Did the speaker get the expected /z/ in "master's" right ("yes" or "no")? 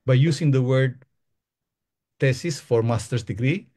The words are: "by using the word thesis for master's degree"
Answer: no